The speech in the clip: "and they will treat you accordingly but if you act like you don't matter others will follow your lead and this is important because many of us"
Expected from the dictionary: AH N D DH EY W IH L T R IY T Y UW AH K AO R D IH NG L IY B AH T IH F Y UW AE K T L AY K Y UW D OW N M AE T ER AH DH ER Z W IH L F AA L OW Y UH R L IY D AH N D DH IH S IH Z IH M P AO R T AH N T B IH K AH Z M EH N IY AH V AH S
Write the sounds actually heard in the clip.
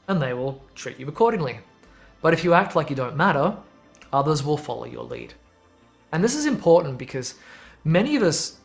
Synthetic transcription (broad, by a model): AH N DH EY W IH L T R IY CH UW AH K AO R D IH NG L IY B AH T IH F Y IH AE K T L AY K Y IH D OW N M AE T ER AH DH ER Z W IH L F AA L OW Y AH R L IY D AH N DH IH S IH Z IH M P AO R T N B IH K AH Z M EH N IY AH V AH S